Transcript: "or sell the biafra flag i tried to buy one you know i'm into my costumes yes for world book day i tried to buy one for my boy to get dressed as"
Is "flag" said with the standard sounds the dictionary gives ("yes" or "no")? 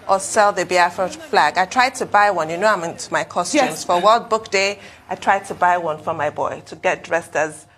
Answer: yes